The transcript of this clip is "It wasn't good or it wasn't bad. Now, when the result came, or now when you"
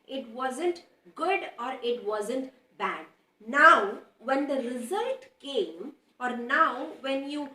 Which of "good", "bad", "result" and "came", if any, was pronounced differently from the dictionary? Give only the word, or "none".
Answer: none